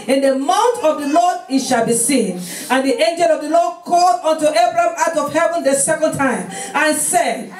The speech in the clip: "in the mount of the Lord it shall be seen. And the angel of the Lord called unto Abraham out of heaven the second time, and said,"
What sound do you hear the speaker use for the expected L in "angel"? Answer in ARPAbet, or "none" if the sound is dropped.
L